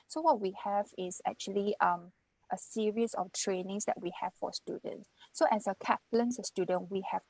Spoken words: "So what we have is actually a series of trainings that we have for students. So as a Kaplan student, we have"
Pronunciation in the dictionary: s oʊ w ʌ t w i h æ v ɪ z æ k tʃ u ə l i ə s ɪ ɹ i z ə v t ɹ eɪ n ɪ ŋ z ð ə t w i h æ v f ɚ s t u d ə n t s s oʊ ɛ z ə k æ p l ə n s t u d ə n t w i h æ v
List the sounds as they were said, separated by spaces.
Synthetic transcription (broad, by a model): s oʊ w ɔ t w i h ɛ v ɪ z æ k tʃ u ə l i ə s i ɹ i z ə f t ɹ eɪ n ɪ ŋ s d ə t w i h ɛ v f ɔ s t u d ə n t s s oʊ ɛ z ə k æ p l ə n s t u d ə n w i h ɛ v